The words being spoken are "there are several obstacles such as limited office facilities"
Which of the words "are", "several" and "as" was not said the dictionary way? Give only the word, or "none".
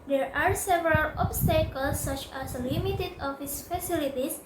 as